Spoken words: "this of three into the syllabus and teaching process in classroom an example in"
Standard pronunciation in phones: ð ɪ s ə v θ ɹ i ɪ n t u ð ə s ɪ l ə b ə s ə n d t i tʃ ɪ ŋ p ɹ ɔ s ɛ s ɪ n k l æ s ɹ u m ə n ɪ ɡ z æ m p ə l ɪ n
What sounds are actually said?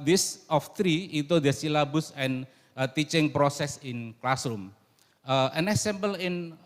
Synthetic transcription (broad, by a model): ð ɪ s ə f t ɹ i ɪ t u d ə s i l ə b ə s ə n t i tʃ ɪ ŋ p ɹ ɔ s ɛ s ɪ n k l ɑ s ɹ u m ə n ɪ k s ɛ m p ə l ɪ n